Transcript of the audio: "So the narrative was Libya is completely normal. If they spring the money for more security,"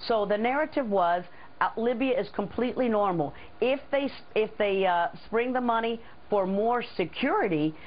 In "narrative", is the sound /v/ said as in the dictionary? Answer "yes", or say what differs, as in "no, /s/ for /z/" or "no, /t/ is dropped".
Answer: yes